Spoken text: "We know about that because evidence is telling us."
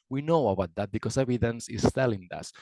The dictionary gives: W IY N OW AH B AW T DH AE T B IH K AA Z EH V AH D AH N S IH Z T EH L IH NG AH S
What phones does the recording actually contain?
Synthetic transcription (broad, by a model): W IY N OW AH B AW T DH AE T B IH K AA S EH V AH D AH N S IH S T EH L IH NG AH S